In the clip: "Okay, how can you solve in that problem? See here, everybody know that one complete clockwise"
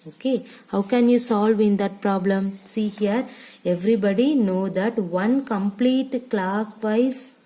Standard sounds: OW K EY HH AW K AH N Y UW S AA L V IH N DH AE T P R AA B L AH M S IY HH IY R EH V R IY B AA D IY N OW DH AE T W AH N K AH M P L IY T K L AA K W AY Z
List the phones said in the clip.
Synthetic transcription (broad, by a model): OW K EY HH AW K AH N Y UW S AA L V IH N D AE T P R AA B L AH M S IY HH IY R EH V R IY B AA D IY N OW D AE T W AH N K AH M P L IY T K L AA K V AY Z